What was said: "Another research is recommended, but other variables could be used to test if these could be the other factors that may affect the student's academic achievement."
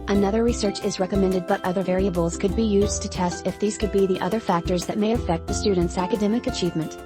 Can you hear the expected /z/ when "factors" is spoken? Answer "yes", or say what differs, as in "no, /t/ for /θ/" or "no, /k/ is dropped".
yes